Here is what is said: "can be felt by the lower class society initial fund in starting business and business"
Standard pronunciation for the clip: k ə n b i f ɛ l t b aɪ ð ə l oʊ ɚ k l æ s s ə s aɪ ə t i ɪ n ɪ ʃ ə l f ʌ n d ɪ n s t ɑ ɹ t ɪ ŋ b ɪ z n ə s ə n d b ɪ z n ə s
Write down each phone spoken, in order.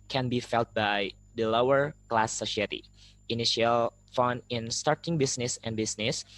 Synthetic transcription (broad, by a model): k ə n b i f ɛ l t b aɪ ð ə l oʊ ɚ k l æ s s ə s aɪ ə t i ɪ n ɪ ʃ ə l f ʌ n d ɪ n s t ɑ ɹ t ɪ ŋ b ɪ s n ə s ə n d b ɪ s n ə s